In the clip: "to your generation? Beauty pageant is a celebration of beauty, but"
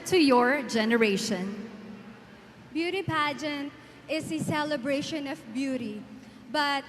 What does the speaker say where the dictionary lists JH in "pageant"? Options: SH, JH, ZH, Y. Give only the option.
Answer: JH